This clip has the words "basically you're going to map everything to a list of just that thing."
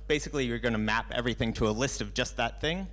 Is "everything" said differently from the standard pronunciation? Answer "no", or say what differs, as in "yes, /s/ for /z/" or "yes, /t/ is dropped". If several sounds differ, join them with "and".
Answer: no